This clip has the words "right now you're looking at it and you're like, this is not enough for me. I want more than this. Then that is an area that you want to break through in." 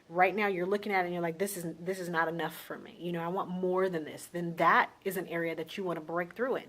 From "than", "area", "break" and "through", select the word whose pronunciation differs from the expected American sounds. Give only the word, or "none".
none